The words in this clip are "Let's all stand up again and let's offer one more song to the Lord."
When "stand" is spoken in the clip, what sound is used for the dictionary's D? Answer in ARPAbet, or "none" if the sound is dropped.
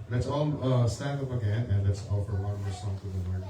none